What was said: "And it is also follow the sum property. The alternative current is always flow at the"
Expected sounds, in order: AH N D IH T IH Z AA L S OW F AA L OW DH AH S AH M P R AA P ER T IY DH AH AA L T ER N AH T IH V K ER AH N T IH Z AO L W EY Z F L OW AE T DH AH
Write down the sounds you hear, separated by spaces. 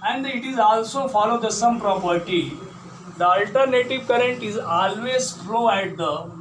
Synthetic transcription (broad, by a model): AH N D IH T IH Z AA L S OW F AA L OW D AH S AH M P R AA P ER T IY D AH AA L T ER N AH T IH V K ER AH N T IH Z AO L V EY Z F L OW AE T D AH